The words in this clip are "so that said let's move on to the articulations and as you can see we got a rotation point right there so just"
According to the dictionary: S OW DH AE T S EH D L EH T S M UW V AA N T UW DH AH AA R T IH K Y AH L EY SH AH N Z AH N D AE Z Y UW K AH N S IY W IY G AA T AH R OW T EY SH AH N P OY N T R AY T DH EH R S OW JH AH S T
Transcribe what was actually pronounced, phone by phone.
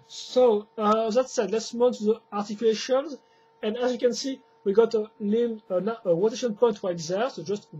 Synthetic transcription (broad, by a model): S OW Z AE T S EH D L EH T S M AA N T UW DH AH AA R T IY K Y L EY SH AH N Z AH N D AE Z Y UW K AH N S IY W IY G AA T AH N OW T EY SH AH N P OY N T W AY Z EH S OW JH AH S T